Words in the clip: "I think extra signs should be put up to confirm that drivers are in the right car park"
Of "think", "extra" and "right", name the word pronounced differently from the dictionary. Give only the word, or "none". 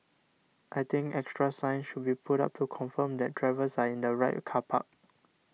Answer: think